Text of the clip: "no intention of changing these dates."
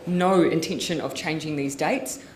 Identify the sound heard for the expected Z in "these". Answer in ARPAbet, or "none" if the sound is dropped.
Z